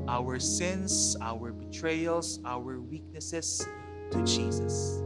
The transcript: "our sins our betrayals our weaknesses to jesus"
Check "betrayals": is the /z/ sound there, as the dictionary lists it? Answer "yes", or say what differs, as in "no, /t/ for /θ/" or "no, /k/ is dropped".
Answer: no, /s/ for /z/